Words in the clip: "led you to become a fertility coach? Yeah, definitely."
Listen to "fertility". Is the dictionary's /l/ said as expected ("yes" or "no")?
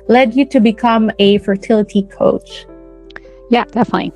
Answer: yes